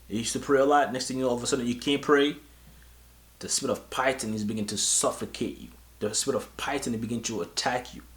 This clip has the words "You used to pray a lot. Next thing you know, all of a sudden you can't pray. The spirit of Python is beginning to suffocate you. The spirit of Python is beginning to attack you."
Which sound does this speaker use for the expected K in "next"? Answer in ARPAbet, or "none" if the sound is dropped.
K